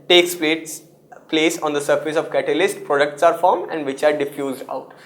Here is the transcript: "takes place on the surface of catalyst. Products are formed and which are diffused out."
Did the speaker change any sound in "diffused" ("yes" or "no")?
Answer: no